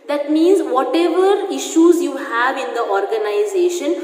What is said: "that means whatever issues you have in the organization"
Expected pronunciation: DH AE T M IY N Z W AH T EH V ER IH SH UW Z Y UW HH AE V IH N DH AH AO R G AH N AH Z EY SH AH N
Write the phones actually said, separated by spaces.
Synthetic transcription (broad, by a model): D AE T M IY N Z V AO T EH V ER IH SH UW Z Y UW HH AE V IH N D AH AO R G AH N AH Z EY SH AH N